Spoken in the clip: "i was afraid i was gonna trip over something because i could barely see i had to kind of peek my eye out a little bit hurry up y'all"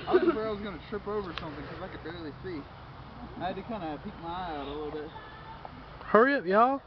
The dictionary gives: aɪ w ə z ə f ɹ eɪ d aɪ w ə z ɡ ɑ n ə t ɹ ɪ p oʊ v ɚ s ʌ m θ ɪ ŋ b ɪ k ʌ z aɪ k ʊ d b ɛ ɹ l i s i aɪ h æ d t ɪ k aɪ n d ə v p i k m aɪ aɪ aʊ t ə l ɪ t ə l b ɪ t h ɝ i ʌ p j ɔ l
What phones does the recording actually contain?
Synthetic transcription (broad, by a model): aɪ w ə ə ɹ aɪ w ə z ɡ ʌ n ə t ɹ ɪ p oʊ v ɚ s ʌ m θ ɪ ŋ k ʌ z aɪ k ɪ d b ɛ ɹ l i s i aɪ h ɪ d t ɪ k aɪ n d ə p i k m aɪ aɪ aʊ t ə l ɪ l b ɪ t h ɝ i ʌ p j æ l